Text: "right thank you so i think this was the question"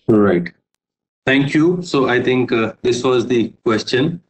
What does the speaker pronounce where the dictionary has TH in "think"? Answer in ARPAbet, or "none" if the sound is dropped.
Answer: T